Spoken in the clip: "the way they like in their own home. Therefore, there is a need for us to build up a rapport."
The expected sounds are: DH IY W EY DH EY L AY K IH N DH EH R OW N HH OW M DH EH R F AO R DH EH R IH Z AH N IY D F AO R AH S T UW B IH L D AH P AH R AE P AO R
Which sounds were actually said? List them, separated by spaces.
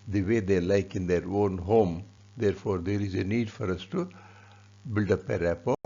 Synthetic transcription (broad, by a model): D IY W EY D EY L AY K IH N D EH R OW N HH OW M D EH R F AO R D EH R IH Z AH N IY D F AO R AH S T UW B IH L D AH P AH R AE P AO